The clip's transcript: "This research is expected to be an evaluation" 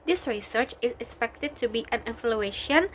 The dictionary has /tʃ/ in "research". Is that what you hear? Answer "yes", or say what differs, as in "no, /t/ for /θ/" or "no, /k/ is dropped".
yes